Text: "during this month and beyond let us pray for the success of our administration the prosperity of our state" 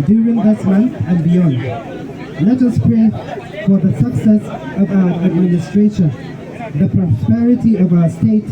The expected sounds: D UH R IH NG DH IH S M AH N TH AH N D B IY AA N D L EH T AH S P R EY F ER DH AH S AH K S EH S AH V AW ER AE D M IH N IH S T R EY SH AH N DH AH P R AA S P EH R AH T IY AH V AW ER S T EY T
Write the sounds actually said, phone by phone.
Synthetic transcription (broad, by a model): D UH R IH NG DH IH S M AH N TH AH N B IY AA N D L EH T AH S P R EY F ER DH AH S AH K S EH S AH V AW ER AE D M IH N IH S T R EY SH AH N DH AH P R AA S P EH R AH T IY AH V AW ER S T EY T